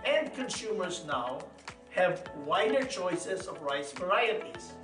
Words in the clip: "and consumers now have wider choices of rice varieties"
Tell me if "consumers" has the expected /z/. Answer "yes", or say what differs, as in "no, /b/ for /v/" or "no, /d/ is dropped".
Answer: yes